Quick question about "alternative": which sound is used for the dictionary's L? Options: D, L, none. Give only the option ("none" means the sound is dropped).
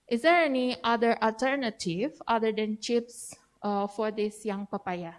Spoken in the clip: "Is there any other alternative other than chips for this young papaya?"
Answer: L